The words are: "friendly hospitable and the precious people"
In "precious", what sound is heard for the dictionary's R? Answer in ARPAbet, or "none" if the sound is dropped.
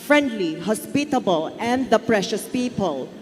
R